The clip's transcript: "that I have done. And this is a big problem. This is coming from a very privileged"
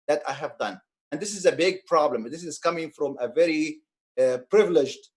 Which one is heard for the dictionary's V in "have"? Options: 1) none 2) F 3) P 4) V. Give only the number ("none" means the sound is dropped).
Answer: 4